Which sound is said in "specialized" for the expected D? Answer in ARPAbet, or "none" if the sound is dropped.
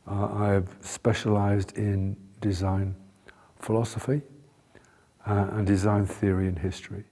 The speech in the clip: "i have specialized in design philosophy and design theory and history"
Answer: D